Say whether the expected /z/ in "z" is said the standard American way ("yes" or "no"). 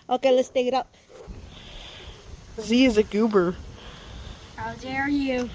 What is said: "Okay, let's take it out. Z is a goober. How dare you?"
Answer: yes